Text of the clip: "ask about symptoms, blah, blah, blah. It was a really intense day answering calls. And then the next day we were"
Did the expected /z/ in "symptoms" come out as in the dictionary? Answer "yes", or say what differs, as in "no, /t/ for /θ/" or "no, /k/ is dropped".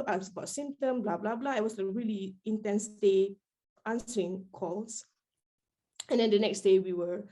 no, /z/ is dropped